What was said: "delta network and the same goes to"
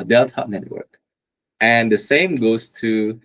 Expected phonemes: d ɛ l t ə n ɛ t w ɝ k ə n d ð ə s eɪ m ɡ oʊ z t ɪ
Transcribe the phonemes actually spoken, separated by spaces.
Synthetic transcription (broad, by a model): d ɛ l t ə n ɛ t w ɝ k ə n ð ə s eɪ m ɡ oʊ z t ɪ